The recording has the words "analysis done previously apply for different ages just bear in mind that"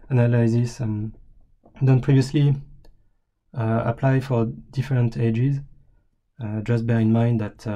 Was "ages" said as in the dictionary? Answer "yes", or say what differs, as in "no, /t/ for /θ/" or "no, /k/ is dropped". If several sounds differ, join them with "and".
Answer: yes